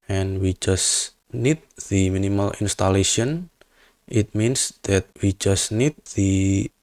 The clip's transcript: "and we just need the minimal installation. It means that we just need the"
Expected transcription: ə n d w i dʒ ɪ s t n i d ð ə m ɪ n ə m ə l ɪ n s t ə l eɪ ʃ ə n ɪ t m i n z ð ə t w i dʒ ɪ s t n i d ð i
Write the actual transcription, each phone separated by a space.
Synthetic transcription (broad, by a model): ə n w i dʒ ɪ s n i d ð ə m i n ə m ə l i n s t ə l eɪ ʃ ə n ɪ t m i n s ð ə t w i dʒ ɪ s n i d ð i